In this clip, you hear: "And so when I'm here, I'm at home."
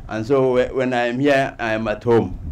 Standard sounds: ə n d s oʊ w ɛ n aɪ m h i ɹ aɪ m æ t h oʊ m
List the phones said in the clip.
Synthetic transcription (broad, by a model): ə n s oʊ w ɛ n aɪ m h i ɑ aɪ m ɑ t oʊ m